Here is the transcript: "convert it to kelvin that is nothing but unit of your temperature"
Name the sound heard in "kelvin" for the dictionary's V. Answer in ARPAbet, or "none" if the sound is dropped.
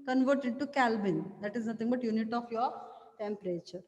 B